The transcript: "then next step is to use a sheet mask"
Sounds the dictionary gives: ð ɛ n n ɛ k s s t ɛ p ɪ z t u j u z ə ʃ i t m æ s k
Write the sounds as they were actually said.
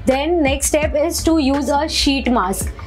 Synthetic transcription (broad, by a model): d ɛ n n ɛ k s s t ɛ p ɪ z t u j u z ə ʃ i t m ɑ s k